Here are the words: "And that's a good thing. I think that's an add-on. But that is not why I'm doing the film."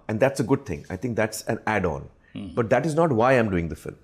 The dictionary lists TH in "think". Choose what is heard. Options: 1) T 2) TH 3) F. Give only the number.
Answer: 1